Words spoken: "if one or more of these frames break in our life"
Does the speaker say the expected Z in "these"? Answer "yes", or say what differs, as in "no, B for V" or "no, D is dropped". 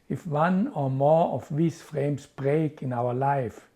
no, S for Z